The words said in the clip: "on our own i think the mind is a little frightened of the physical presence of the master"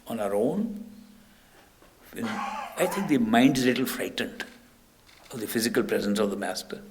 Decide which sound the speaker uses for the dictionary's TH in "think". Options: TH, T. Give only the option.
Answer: T